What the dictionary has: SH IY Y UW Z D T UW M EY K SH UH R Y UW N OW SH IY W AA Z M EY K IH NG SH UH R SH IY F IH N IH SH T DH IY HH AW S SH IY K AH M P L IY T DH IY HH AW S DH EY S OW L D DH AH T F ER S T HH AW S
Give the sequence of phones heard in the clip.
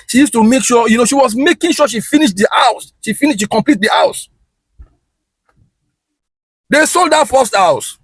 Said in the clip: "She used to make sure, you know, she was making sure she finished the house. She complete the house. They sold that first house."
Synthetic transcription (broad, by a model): SH IY Y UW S T UW M EY K SH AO Y UW N OW SH IY W AA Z M EY K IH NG SH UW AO SH IY F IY N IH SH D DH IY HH AW S SH IY K AH M P L IY T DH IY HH AW S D EY S OW L D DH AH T F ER S T HH AW S